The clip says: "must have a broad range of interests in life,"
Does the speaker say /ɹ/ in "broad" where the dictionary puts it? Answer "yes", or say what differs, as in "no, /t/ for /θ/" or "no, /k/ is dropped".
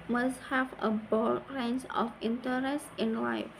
no, /ɹ/ is dropped